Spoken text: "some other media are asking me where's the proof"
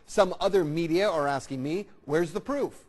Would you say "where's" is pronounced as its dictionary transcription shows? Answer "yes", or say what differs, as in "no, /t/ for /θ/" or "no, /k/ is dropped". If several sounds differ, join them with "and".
yes